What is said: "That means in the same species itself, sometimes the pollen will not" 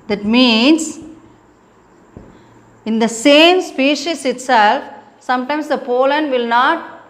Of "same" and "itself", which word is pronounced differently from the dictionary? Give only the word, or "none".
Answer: none